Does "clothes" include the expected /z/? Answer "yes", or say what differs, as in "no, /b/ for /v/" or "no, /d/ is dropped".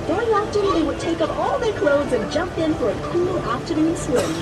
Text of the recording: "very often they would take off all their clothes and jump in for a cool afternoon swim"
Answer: yes